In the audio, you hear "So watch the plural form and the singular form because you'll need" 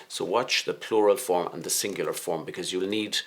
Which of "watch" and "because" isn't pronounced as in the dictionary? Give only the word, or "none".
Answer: none